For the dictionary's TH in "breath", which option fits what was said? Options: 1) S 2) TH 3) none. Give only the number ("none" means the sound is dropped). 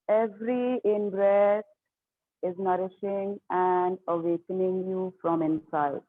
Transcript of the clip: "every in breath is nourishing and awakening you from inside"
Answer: 1